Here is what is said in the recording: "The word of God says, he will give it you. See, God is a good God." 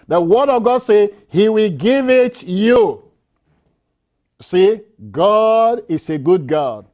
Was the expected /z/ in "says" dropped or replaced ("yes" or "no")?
yes